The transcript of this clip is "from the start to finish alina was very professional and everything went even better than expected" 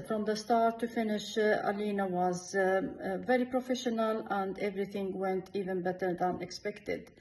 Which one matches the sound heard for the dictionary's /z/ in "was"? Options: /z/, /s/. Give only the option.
/z/